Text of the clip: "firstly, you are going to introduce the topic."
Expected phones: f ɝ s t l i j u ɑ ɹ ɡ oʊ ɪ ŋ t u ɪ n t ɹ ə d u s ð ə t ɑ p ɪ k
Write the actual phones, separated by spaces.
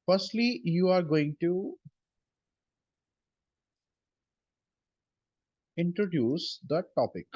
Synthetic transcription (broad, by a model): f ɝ s t l i j u ɑ ɹ ɡ oʊ ɪ ŋ t u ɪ n t ɹ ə d u s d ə t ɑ p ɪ k